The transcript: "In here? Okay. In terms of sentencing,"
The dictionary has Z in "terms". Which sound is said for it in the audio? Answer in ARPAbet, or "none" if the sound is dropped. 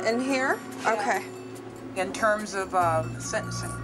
Z